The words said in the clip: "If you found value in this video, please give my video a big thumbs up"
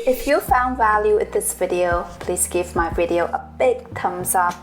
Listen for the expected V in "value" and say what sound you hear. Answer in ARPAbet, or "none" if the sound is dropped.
V